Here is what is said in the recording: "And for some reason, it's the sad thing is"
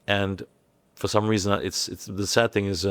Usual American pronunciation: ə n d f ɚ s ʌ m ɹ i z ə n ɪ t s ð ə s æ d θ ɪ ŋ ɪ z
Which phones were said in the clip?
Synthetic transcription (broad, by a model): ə n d f ɚ s ʌ m ɹ i z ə n ɪ t s ð ə s æ d θ ɪ ŋ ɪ z